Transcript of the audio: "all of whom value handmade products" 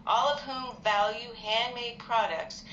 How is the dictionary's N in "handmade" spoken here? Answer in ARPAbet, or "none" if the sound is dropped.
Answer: N